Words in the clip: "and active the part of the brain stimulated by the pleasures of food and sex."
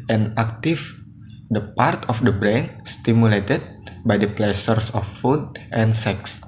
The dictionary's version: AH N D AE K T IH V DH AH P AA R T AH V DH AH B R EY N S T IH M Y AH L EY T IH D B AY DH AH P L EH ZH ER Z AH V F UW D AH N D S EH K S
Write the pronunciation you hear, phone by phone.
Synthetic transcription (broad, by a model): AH N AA K T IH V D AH P AA R T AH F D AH B R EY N S T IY M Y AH L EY T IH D B AY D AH P L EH S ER S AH F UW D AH N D S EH K S